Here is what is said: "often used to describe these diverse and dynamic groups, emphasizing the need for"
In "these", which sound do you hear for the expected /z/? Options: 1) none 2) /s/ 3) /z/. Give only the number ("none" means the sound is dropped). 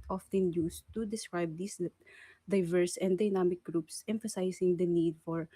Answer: 2